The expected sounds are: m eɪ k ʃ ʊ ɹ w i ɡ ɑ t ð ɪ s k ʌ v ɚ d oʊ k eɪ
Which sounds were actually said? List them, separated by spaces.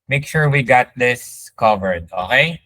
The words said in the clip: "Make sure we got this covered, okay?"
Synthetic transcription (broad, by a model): m eɪ k ʃ ʊ ɹ w i ɡ ɑ t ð ɪ s k ʌ v ɚ d oʊ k eɪ